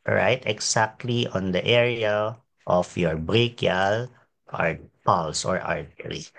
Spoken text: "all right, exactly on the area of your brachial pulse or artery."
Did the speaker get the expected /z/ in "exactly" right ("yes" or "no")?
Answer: no